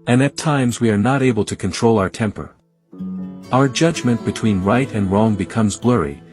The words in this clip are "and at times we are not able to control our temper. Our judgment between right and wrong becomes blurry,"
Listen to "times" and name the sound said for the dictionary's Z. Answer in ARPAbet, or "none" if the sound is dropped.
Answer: Z